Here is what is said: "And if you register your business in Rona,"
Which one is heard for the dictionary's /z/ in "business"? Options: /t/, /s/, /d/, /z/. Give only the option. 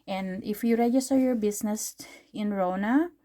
/s/